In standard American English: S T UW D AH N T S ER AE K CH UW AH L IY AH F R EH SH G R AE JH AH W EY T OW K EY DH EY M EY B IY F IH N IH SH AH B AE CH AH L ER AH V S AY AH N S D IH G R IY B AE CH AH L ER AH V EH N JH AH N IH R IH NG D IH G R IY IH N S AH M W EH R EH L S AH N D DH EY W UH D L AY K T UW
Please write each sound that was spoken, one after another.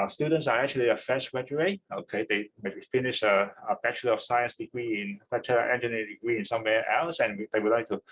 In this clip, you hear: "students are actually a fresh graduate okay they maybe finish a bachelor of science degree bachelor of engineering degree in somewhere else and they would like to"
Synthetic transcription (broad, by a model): S T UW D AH N T S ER AE K CH UW AH L IY AH F EH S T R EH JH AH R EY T OW K EY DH EY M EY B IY F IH N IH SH AH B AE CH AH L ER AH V S AY AH N S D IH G R IY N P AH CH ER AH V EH N JH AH N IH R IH D IH G R IY IH N S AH M W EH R EH L S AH N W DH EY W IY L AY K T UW